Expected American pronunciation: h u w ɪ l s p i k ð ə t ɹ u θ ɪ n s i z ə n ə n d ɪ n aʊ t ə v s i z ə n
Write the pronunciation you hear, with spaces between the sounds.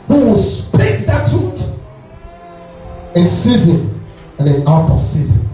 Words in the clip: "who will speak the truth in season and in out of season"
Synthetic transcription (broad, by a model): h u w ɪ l s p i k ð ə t u t ɪ n s i z ə n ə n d ɪ n aʊ t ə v s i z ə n